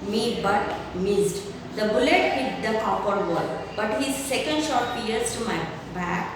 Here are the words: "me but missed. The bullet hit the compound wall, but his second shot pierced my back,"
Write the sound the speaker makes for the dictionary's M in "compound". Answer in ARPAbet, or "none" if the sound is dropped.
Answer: none